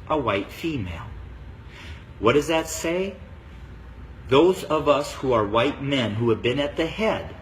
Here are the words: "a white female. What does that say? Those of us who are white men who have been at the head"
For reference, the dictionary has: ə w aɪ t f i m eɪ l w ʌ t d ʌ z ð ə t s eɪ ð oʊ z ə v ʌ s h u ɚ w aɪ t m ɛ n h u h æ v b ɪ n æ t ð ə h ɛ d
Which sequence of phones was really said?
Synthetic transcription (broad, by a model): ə w aɪ t f i m eɪ l w ʌ t d ʌ z ð ə t s eɪ ð oʊ z ə v ʌ s h u ɚ w aɪ t m ɛ n h u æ v b ɪ n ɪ t ð ə h ɛ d